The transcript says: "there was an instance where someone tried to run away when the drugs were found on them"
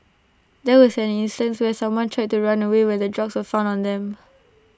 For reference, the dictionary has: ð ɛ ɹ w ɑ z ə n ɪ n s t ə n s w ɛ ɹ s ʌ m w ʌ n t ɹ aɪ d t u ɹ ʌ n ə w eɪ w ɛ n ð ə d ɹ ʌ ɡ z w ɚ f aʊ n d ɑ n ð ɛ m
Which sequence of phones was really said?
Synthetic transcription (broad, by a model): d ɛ w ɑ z ə n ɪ n s t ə n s w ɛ s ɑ m w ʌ n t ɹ aɪ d t u ɹ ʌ n ə w eɪ w ɛ n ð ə d ɹ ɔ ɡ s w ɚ f aʊ n ɑ n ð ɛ m